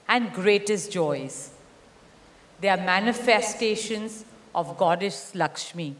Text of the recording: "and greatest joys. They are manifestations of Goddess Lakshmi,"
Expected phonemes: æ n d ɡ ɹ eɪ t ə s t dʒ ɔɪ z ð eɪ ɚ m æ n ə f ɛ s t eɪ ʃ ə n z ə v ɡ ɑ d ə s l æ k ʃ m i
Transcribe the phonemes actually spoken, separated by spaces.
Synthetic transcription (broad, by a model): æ n d ɡ ɹ eɪ t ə s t dʒ ɔɪ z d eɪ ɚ m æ n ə f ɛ s t eɪ ʃ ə n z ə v ɡ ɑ d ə ʃ l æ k ʃ m i